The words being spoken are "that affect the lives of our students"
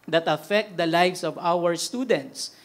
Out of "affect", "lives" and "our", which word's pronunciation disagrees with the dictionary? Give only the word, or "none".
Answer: lives